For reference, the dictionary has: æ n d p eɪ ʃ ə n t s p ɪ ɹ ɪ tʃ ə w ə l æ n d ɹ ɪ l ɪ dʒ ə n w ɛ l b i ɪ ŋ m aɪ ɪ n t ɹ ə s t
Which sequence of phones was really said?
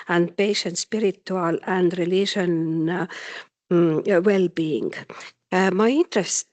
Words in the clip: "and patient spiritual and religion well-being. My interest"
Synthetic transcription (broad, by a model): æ n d p eɪ ʃ ə n t s p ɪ ɹ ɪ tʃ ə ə l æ n d ɹ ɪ l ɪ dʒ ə n w ɛ l b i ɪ ŋ m aɪ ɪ n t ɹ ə s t